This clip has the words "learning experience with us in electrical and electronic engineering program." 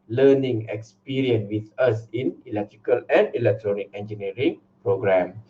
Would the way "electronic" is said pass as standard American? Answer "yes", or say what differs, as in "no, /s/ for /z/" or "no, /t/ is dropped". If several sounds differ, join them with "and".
yes